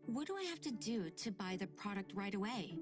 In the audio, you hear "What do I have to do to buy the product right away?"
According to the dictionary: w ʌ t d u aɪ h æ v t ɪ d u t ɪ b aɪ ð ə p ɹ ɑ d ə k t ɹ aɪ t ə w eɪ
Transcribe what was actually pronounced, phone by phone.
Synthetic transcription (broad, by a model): w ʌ t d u aɪ h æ f t ɪ d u t ɪ b aɪ ð ə p ɹ ɑ d ə k t ɹ aɪ t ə w eɪ